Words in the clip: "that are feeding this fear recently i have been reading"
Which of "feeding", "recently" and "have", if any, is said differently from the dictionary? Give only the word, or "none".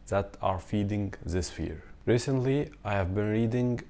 none